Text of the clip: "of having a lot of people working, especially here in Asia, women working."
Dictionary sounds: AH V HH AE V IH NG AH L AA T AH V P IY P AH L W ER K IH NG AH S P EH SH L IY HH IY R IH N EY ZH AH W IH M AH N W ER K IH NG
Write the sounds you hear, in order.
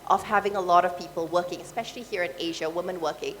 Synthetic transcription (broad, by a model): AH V HH AE V IH NG AH L AA T AH V P IY P AH L W ER K IH NG AH S P EH SH L IY HH IY R IH N EY ZH AH W IH M AH N W ER K IH NG